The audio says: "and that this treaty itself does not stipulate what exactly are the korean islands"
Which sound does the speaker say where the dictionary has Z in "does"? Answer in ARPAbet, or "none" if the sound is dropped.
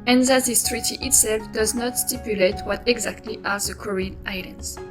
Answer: Z